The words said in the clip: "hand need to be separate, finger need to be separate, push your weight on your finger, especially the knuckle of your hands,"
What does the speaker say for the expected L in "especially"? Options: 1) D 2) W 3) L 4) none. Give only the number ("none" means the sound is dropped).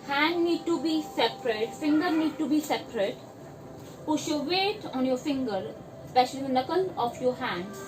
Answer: 4